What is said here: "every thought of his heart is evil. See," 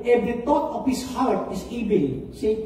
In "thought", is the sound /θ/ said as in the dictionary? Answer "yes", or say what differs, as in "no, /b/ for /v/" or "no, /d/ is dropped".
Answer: no, /t/ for /θ/